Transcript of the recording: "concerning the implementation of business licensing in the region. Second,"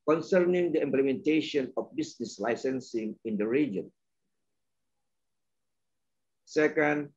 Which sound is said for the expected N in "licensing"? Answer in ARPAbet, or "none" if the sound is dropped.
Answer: N